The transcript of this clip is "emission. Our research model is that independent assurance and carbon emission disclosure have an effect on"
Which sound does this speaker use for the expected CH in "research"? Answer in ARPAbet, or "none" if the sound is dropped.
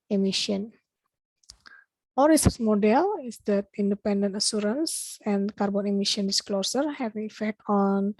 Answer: S